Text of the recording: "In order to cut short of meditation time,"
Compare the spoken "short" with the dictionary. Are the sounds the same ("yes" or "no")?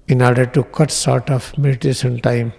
no